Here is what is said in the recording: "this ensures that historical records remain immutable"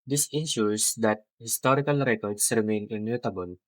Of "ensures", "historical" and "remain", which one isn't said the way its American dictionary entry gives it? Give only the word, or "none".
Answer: ensures